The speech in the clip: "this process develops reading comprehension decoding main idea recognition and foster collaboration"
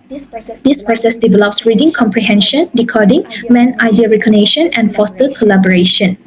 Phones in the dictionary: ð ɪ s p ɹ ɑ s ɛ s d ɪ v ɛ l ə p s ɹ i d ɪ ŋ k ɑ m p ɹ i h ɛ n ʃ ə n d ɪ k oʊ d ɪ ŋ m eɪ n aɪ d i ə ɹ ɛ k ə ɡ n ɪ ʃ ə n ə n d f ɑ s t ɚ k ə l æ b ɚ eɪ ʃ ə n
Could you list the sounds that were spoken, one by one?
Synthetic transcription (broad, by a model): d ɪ s p ɹ ɑ s ɛ s d ɪ v ɛ l ə p s ɹ i d ɪ ŋ k ɑ m p ɹ i h ɛ n ʃ ə n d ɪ k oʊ d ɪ ŋ m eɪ n aɪ d i ə ɹ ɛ k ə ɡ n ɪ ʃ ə n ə n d f ɑ s t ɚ k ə l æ b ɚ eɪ ʃ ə n